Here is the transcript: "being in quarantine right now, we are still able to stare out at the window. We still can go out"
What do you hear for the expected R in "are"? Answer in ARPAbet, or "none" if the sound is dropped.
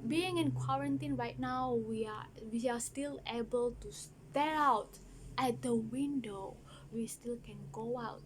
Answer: W